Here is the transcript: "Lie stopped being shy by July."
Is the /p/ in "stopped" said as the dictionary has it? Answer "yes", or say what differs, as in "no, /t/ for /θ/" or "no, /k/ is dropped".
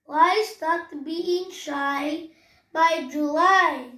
no, /p/ is dropped